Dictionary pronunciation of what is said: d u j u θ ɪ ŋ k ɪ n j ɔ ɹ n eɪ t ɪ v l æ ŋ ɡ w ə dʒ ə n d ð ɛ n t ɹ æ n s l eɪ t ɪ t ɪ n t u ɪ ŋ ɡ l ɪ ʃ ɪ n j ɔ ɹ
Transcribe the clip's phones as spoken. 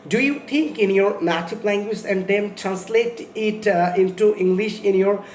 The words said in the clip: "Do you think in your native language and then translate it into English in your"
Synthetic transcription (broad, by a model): d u j u t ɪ ŋ k ɪ n j ɔ ɹ n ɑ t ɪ p l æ ŋ ɡ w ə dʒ ə n d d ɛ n t ɹ æ n s l eɪ t ɪ t ɪ n t u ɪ ŋ ɡ l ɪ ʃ ɪ n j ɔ ɹ